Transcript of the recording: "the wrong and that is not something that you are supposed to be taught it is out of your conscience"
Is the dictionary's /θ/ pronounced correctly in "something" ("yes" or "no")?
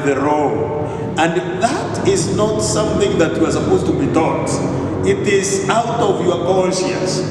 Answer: yes